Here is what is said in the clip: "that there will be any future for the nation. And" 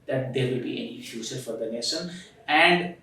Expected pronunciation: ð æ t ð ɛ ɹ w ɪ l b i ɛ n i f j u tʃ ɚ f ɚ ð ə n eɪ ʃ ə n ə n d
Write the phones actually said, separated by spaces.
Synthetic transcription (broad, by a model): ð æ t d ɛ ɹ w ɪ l b i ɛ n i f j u s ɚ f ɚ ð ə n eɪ s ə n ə n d